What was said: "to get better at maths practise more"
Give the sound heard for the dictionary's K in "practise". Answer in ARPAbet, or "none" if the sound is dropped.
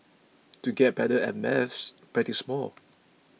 none